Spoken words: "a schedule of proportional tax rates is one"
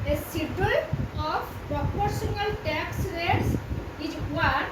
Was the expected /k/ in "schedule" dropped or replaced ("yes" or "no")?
yes